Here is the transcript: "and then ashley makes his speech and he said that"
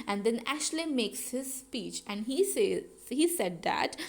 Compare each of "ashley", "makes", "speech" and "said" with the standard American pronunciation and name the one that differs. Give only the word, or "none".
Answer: none